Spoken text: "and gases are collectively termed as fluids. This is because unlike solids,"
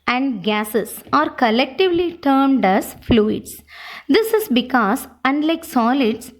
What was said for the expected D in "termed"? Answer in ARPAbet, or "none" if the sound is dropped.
D